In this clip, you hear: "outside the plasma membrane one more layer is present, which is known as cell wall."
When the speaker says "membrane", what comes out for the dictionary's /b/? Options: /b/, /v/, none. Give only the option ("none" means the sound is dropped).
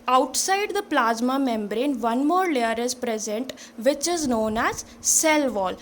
/b/